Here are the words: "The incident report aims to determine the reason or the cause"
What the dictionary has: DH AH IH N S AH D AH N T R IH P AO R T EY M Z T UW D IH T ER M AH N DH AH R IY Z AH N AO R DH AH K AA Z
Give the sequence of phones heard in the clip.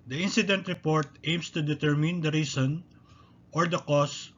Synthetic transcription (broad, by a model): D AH IH N S AH D AH N T R IH P AO R T EY M S T UW D IH T ER M AH N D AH R IY S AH N AO R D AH K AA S